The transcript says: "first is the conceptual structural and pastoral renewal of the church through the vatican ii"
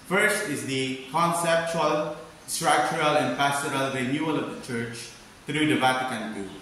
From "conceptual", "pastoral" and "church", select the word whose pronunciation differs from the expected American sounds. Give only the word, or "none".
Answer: none